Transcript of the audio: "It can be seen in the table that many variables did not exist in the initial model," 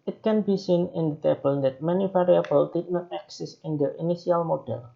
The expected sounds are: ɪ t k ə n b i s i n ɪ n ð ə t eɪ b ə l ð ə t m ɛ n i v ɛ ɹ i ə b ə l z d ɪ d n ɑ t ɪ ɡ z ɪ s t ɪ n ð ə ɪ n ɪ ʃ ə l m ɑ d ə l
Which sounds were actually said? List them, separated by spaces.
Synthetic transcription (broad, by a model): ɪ t k ə n b i s i n ɪ n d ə t eɪ b ə l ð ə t m ɛ n i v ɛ ɹ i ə b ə l d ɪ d n ɑ t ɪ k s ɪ s ɪ n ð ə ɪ n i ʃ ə l m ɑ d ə l